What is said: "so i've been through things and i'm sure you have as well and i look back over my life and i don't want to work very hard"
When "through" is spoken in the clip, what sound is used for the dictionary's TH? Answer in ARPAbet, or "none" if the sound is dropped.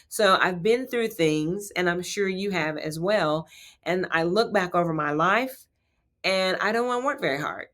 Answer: TH